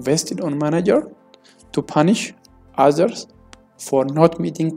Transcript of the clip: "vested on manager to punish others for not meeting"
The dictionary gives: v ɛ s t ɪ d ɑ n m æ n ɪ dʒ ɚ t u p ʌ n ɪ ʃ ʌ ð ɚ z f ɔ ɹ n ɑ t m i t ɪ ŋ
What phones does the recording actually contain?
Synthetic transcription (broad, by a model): v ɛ s t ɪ d ɑ n m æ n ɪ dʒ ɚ t u p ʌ n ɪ ʃ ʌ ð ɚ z f ɔ ɹ n ɑ t m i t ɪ ŋ